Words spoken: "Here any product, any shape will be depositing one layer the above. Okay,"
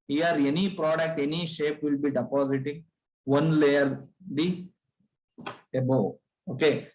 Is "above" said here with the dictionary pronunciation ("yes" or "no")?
no